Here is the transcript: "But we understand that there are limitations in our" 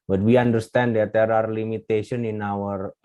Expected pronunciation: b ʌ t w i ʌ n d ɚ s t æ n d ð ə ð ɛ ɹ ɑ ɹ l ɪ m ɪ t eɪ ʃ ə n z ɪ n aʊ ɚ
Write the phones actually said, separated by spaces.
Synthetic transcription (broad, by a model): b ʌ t w i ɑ n d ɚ s t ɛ n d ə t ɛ ɹ ɑ ɹ l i m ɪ t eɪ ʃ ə n ɪ n aʊ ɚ